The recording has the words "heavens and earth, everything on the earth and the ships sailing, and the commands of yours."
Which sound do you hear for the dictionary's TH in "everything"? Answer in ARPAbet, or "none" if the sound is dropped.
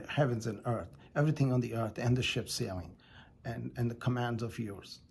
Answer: TH